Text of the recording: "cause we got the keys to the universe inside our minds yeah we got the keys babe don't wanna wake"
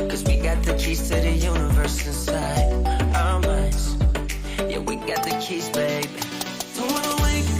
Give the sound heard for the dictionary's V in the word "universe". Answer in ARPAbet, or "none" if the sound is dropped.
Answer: V